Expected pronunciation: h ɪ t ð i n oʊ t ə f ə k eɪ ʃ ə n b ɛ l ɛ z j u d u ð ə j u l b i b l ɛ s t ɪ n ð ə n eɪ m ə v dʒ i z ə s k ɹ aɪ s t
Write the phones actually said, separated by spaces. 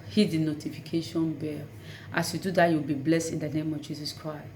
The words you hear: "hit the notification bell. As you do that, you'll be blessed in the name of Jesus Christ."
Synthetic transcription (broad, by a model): h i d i n oʊ t ə f ə k eɪ ʃ ə n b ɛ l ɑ s j u d u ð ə j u w b i b l ɛ s t ɪ n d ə n eɪ m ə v dʒ i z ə s k ɹ aɪ s t